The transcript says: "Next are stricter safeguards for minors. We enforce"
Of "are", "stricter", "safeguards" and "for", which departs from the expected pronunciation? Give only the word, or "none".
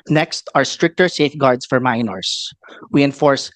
safeguards